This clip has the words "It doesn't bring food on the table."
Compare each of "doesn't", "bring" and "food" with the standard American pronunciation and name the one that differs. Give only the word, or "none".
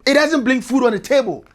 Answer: bring